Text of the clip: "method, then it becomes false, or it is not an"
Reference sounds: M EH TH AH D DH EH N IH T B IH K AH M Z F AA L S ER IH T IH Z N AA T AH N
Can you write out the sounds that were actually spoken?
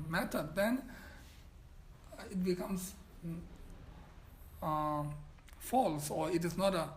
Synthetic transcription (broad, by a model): M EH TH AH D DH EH N IH T B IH K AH M S F AA L S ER IH T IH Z N AA T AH